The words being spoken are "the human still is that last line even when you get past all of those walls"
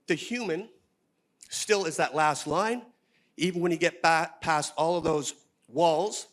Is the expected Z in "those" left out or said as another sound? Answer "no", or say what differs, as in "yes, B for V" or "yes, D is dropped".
no